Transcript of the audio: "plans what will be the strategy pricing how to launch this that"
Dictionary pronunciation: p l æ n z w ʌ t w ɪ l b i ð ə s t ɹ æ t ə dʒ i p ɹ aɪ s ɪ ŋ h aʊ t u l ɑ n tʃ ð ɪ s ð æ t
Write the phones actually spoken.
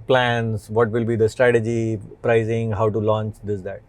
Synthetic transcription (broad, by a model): p l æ n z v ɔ t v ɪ l b i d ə s t ɹ æ t ə dʒ i p ɹ aɪ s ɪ ŋ h aʊ t u l ɑ n tʃ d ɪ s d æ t